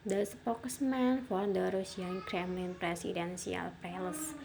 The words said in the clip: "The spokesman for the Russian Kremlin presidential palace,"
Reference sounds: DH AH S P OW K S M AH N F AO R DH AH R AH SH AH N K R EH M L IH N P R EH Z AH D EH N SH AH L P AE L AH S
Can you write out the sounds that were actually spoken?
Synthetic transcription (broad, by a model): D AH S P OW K S M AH N F AO R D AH R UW S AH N K R EH M L IH N P R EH S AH D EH N S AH L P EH L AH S